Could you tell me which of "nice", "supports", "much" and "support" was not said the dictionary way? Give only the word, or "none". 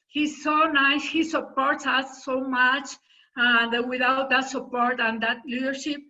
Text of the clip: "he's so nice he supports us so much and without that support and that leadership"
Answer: none